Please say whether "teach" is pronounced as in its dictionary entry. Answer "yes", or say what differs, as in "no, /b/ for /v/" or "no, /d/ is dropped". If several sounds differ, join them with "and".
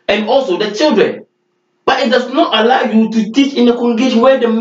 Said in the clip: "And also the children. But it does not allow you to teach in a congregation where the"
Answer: yes